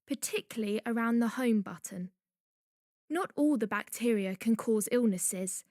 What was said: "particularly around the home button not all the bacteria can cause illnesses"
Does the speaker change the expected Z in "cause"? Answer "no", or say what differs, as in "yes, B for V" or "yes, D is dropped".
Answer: no